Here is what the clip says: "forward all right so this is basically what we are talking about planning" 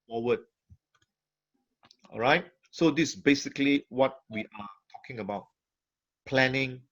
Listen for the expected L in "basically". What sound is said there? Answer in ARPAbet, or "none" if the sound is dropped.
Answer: L